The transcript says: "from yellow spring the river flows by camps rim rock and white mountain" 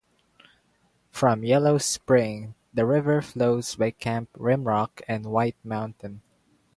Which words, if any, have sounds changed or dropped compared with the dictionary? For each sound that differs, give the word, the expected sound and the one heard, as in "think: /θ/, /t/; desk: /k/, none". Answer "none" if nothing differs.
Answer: camps: /s/, none